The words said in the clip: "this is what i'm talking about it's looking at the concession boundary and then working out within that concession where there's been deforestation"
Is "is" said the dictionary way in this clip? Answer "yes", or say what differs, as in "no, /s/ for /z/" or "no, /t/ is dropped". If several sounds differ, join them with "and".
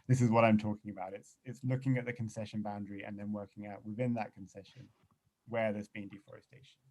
yes